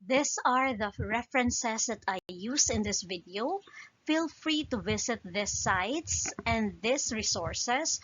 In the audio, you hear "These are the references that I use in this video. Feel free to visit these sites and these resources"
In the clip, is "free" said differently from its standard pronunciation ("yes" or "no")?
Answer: no